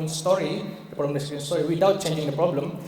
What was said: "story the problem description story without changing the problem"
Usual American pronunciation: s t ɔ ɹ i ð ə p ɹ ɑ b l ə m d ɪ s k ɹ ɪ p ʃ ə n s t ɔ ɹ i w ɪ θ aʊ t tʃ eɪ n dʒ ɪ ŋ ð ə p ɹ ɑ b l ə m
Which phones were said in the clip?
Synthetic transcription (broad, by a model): s t ɔ ɹ i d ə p ɑ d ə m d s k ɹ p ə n s t ɔ ɹ i w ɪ t aʊ t tʃ eɪ n dʒ ɪ ŋ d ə p ɹ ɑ b l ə m